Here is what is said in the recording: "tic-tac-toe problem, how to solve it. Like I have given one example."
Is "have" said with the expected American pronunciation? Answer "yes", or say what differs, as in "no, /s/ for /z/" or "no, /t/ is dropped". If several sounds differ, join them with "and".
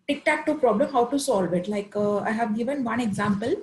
yes